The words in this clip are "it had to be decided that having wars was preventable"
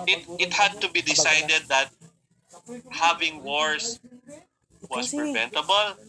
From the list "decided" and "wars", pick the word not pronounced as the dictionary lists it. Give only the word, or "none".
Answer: wars